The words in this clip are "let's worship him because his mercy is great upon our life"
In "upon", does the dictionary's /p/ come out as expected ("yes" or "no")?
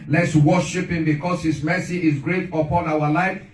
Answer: yes